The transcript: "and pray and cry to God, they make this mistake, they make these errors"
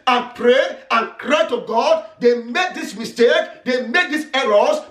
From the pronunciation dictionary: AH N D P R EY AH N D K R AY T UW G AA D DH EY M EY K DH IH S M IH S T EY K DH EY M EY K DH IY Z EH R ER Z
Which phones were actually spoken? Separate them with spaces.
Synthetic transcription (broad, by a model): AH N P R EY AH N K R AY T UW G AA D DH EY M EY K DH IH S M IH S T EY K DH EY M EY K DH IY S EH R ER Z